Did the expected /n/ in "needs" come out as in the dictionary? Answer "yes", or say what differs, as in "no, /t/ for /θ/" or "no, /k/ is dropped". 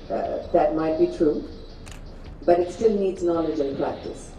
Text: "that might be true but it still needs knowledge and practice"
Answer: yes